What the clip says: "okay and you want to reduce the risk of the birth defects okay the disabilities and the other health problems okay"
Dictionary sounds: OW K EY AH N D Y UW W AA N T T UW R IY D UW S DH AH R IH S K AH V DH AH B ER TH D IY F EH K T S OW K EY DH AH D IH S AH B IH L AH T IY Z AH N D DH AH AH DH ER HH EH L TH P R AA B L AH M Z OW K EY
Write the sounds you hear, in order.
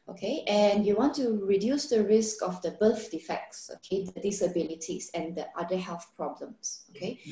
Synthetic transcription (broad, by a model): OW K EY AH N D Y UW W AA N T T UW R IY D UW S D AH R IH S K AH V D AH B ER F D IY F EH K T S OW K EY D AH D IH S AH B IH L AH T IY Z AH N D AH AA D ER HH EH L TH P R AA B L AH M S OW K EY